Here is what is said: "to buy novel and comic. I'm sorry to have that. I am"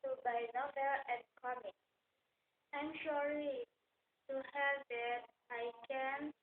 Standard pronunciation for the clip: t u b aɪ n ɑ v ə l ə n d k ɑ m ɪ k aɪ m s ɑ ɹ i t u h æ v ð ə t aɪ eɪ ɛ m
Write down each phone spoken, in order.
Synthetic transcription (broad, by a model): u b aɪ n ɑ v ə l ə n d k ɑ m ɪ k aɪ m ʃ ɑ l i t u h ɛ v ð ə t aɪ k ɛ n